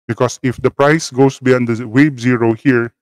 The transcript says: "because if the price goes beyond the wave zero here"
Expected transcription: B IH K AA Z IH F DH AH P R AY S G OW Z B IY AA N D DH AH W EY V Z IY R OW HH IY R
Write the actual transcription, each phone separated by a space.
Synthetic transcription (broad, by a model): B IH K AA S IH F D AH P R AY S G OW S B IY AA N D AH W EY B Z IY R OW HH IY R